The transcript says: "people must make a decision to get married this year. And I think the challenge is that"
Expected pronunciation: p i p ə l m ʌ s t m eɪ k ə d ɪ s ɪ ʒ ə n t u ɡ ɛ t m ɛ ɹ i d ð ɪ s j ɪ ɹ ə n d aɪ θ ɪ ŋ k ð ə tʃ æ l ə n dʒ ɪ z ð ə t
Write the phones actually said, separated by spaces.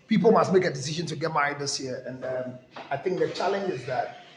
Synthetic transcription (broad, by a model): p i p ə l m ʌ s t m eɪ k ə d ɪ s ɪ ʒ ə n t u ɡ ɛ t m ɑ i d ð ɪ s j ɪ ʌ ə n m aɪ θ ɪ ŋ k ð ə tʃ æ l ə n dʒ ɪ z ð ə t